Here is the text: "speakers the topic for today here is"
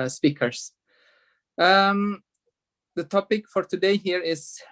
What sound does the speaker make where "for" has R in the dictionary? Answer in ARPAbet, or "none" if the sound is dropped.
R